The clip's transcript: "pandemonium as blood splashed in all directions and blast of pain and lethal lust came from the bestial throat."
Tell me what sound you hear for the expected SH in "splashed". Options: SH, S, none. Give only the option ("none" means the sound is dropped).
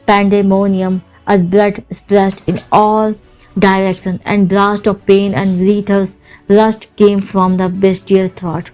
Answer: S